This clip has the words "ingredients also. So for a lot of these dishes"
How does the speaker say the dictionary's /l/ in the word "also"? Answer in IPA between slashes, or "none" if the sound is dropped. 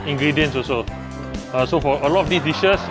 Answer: none